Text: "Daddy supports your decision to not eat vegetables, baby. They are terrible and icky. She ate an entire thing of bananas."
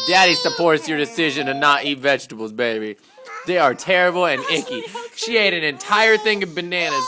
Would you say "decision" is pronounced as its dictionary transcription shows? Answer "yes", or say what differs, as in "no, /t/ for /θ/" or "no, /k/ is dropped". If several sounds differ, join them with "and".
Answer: yes